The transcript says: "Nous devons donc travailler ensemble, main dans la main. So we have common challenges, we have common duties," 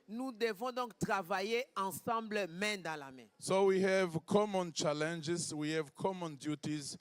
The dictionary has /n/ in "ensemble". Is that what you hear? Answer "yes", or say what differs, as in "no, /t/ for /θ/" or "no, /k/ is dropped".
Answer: no, /n/ is dropped